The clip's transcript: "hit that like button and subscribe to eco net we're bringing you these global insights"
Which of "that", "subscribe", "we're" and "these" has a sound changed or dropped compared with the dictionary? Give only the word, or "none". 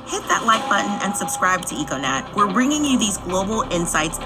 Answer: none